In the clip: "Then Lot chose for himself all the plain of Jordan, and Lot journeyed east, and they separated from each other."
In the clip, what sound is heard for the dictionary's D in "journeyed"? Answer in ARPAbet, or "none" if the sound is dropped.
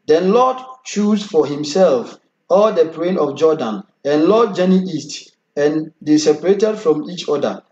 none